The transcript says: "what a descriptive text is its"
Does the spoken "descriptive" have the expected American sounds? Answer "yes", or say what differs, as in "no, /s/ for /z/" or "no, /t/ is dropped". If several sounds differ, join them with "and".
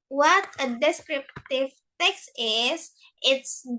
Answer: yes